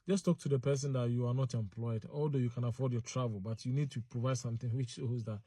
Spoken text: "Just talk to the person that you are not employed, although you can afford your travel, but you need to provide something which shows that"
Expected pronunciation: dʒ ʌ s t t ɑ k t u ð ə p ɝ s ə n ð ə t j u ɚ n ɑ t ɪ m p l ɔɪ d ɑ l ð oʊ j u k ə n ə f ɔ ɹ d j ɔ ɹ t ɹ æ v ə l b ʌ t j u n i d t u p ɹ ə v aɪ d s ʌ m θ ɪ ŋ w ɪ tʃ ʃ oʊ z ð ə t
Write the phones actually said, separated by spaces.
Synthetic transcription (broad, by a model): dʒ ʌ s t t ɑ k t u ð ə p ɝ s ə n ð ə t j u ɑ n ɑ t ɪ m p l ɔɪ d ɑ l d oʊ j u k ə n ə f ɔ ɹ d j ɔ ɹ t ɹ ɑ v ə l b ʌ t j u n i d t u p ɹ ə v aɪ d s ʌ m θ ɪ ŋ w ɪ tʃ s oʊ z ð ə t